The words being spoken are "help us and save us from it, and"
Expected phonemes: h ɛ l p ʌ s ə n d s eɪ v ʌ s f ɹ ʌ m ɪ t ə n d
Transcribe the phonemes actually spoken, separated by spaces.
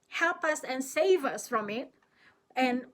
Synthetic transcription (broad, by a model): h ɛ l p ʌ s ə n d s eɪ v ʌ s f ɹ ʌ m ɪ t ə n